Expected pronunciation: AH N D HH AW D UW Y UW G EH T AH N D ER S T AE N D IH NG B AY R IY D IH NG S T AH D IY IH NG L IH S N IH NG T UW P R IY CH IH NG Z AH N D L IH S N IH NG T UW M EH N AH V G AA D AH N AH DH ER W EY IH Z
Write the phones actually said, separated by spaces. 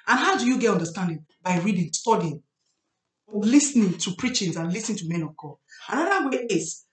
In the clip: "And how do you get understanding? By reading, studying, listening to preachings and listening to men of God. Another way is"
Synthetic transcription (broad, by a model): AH N HH AW D UW Y UW G EH T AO N D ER S T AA N D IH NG B AY R IY D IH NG S T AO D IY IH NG L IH S N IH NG T UW P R IY CH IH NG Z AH N L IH S N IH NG T UW M EH N AH V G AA AH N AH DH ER W EY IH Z